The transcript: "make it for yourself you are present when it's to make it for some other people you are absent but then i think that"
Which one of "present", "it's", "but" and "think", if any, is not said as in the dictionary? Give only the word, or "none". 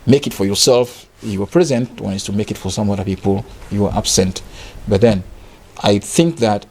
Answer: none